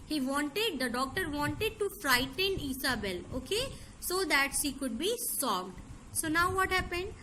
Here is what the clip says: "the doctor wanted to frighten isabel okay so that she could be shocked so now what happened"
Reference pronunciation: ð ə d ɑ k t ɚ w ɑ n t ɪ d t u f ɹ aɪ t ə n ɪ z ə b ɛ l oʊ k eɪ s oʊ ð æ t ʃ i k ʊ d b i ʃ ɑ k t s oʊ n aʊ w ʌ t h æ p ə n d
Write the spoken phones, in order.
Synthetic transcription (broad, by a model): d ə d ɑ k t ɚ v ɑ n t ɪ d t u f ɹ aɪ t ə n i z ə b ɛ l oʊ k eɪ s oʊ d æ t ʃ i k ʊ d b i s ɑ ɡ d s oʊ n aʊ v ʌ t h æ p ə n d